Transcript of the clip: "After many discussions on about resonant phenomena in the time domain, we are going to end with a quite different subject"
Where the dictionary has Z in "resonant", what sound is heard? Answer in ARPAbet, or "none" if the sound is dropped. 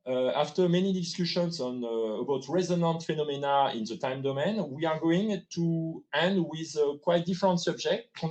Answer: Z